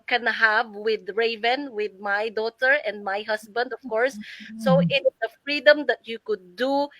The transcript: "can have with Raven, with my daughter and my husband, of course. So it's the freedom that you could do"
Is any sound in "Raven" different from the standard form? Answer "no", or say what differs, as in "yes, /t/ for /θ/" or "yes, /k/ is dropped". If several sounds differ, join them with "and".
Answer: no